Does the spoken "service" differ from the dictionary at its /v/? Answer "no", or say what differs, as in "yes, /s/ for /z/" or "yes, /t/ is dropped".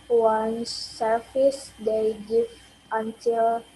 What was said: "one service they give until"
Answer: yes, /f/ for /v/